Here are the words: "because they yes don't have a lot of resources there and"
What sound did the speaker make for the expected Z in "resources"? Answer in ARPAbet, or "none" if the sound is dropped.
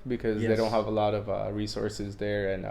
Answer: Z